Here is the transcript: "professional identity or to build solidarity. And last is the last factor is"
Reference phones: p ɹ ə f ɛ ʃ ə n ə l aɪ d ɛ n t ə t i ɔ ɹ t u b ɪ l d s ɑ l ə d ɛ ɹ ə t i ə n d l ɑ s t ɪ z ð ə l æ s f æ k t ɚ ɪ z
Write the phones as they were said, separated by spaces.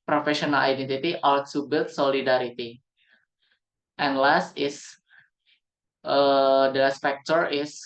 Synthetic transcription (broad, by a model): p ɹ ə f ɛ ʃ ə n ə l aɪ d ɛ n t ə t i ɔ l t u b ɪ l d s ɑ l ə d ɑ ɹ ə t i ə n l ɑ s t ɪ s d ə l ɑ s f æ k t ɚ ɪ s